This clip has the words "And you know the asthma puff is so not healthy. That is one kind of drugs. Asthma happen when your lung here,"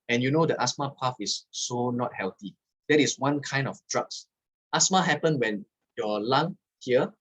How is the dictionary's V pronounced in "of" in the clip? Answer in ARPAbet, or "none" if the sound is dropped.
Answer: F